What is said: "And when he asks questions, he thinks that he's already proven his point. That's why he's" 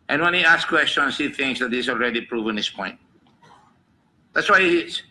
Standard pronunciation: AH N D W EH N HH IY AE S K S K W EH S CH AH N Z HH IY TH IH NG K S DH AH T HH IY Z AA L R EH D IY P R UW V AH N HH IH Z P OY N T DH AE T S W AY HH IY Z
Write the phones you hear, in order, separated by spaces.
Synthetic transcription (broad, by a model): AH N W EH N HH IY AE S S K W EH S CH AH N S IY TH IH NG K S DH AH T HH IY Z AA L R EH D IY P R UW V AH N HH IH S P OY N T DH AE T S W AY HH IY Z